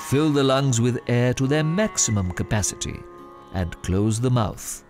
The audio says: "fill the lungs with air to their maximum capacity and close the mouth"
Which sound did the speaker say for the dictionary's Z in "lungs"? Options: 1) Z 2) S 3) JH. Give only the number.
1